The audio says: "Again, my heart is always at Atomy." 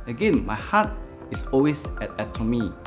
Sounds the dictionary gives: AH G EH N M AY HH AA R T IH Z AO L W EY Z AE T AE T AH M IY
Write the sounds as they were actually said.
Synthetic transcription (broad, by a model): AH G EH N M AY HH AA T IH S AO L W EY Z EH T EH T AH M IY